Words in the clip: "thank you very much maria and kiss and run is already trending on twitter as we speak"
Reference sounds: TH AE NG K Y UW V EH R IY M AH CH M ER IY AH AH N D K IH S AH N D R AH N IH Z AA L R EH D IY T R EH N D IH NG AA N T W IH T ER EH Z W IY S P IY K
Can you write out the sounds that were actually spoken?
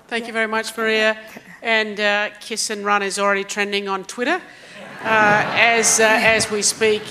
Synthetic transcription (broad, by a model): TH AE NG K Y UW V EH R IY M AH CH M ER IY AH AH N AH K IH S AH N R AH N IH Z L R EH D IY T R EH N D IH NG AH N T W IH T ER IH Z W IY S P IY K